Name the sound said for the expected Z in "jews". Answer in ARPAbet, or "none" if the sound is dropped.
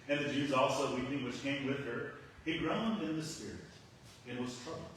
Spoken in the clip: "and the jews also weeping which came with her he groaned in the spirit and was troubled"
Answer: Z